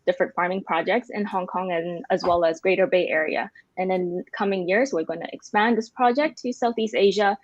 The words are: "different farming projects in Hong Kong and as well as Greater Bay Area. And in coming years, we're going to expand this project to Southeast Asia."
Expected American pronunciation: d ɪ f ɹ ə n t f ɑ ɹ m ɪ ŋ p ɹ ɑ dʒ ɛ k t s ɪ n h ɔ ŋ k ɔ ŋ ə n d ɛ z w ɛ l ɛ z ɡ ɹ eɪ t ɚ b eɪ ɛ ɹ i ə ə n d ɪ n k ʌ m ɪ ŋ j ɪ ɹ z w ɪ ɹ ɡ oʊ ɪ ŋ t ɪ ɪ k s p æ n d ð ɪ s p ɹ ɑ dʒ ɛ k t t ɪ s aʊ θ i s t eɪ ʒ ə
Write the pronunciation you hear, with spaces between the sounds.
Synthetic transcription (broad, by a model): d ɪ f ɹ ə n t f ɑ ɹ m ɪ ŋ p ɹ ɑ dʒ ɛ k t s ɪ n h ɔ ŋ k ɔ ŋ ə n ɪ z w ɛ l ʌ z ɡ ɹ eɪ t ɚ b eɪ ɛ ɹ i ə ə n ɪ n k ʌ m ɪ ŋ j ɪ ɹ z w ɪ ɹ ɡ oʊ ɪ ŋ t ɪ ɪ k s p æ n ð ɪ s p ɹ ɑ dʒ ɛ k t t ɪ s aʊ θ i s t eɪ ʒ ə